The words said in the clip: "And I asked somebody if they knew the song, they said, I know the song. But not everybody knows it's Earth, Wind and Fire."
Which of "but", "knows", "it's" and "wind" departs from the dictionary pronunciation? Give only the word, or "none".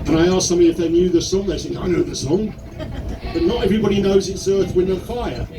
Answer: wind